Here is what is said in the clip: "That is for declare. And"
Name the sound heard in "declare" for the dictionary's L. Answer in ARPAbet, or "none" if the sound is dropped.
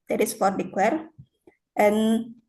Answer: W